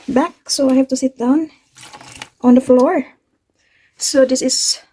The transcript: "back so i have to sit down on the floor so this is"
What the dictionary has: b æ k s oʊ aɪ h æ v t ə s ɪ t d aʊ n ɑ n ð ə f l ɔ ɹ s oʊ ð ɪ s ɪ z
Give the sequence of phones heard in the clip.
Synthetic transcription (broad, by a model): b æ k s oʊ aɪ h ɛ f t ə s ɪ t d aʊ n ɑ n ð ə f l ɔ ɹ s oʊ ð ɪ s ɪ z